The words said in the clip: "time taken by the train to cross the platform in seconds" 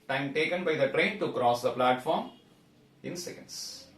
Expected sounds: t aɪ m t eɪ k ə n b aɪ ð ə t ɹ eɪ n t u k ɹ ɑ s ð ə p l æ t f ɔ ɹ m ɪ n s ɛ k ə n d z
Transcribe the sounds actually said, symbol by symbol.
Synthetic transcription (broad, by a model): t aɪ m t eɪ k ə n b aɪ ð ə t ɹ eɪ n t u k ɹ ɑ s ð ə p l æ t f ɔ ɹ m ɪ n s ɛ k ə n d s